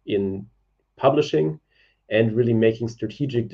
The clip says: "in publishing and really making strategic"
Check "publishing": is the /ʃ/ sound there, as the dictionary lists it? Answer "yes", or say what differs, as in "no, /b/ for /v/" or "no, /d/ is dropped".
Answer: yes